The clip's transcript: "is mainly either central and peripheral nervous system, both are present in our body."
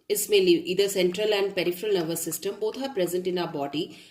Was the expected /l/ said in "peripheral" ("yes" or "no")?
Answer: yes